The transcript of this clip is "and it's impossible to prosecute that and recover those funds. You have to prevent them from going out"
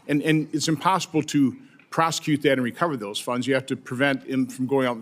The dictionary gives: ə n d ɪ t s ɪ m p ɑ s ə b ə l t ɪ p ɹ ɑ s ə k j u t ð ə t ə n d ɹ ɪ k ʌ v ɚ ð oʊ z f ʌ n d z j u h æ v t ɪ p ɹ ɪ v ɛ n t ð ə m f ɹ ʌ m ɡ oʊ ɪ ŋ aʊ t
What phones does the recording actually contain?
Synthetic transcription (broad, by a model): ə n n ɪ t s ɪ m p ɑ s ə b l t ɪ p ɹ ɑ s ə k j u t ð ə t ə n ɹ ɪ k ʌ v ɚ ð oʊ z f ʌ n d z j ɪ h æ f t ɪ p ɹ ɪ v ɛ n t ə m f ɹ ʌ m ɡ oʊ ɪ ŋ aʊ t